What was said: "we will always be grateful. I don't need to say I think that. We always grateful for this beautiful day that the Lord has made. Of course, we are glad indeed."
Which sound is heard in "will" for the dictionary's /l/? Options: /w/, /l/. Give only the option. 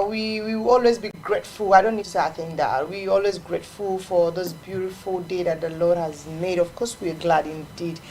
/w/